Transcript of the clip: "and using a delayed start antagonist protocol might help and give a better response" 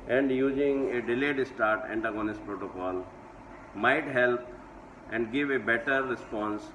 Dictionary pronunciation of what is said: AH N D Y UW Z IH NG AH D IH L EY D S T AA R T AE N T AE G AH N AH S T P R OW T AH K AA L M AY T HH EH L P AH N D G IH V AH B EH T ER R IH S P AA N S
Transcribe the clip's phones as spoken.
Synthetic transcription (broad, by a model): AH N D Y UW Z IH NG AH D IH L EY D S T AA R T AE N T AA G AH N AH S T P R OW T AH K AA L M AY T HH EH L P AH N D G IH V AH B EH T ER R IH S P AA N S